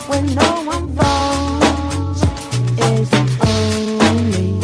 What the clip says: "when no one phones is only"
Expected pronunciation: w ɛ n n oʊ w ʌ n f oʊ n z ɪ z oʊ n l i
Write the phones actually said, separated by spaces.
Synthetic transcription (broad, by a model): w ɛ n n oʊ w ʌ n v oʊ z ɪ z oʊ n l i